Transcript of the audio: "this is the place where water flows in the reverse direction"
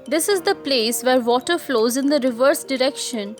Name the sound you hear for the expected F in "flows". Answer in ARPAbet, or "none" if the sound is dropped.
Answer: F